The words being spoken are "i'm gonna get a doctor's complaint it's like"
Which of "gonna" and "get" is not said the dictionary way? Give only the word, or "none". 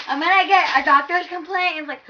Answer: gonna